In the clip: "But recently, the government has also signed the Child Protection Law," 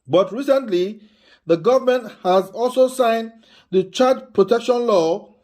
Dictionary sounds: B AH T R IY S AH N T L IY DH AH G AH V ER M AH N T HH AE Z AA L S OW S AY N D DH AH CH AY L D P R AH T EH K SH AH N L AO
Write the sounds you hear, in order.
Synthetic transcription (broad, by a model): B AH T R IY S AH N T L IY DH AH G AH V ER M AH N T HH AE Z AA L S OW S AY N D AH CH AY D P R AH T EH K SH AH N L AO